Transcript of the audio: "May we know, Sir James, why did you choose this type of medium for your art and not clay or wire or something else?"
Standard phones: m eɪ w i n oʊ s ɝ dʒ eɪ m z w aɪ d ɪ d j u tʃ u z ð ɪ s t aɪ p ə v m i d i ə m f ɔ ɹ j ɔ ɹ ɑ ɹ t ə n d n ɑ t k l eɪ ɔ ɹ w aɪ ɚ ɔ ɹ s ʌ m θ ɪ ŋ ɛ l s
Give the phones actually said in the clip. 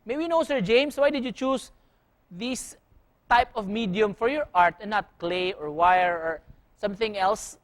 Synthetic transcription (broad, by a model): m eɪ w i n oʊ s ɝ dʒ eɪ m s w aɪ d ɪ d j u tʃ u s ð ɪ s t aɪ p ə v m i d i ə m f ɔ ɹ j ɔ ɹ ɑ ɹ t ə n n ɑ t k l eɪ ɔ ɹ w aɪ ɚ ɔ ɹ s ʌ m θ ɪ ŋ ɛ l s